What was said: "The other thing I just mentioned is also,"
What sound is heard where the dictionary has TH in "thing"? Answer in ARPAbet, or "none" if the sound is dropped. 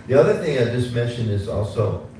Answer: TH